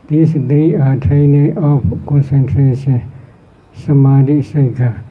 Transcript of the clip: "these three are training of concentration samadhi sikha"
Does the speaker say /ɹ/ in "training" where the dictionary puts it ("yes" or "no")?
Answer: no